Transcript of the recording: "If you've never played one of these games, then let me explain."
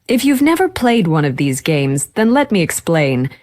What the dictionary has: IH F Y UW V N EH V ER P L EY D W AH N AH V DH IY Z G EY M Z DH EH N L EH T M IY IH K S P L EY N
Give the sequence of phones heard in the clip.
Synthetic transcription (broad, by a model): IH F Y UW V N EH V ER P L EY D W AH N AH V DH IY Z G EY M Z DH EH N L EH T M IY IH K S P L EY N